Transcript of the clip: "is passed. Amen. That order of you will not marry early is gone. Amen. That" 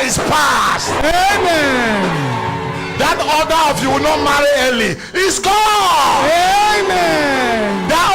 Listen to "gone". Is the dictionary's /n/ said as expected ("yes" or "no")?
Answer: no